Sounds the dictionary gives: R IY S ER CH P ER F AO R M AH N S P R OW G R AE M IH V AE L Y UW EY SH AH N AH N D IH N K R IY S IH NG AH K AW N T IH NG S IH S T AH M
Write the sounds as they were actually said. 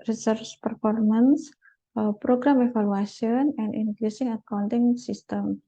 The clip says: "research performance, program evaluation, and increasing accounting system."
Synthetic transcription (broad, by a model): R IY S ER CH P ER F AO R M AH N S P R OW G R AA M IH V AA L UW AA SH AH N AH N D IH N K R IY S IH NG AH K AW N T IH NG S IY S T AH M